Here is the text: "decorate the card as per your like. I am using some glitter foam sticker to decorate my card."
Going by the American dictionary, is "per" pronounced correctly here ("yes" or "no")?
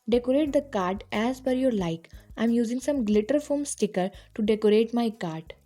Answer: no